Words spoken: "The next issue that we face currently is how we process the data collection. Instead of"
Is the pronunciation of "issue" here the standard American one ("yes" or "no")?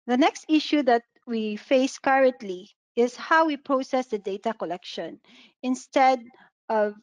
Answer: yes